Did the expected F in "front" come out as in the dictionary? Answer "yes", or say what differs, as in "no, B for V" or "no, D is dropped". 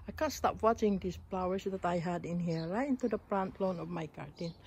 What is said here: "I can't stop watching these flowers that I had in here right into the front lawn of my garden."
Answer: no, P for F